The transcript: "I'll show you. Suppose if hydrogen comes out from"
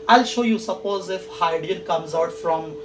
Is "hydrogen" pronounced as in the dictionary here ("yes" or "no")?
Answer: no